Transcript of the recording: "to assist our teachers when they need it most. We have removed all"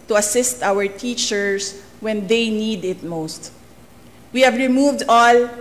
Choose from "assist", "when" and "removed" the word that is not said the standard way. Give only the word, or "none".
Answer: none